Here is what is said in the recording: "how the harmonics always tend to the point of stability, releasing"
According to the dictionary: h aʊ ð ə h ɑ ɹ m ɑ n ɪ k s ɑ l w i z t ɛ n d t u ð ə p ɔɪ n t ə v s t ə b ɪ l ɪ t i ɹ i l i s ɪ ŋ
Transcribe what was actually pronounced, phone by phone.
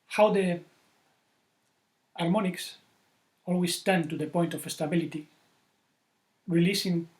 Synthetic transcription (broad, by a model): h aʊ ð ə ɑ ɹ m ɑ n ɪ k s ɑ l w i s t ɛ n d t u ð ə p ɔɪ n t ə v s t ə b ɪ l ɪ t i ɹ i l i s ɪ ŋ